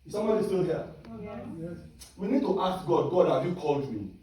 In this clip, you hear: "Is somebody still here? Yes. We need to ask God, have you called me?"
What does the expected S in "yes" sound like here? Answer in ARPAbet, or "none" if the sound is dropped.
none